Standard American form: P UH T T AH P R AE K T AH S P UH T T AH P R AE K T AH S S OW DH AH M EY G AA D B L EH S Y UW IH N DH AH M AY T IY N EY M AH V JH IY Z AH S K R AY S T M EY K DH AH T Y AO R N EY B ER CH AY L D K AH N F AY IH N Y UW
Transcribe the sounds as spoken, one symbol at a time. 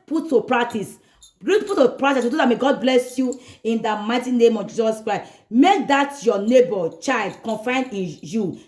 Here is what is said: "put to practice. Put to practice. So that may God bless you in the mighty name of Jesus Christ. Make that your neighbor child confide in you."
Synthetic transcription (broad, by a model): P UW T T AH P R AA K T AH S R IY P T AH P R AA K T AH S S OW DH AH M EY G AA D B L EH S Y UW IH N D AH M AY T IY N EY M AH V JH IY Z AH S K R AY S M EY K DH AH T Y AO N EY B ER CH AY L D K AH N F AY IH N Y UW